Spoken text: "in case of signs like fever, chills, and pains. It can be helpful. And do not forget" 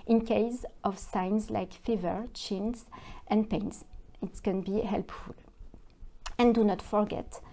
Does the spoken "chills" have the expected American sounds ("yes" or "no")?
no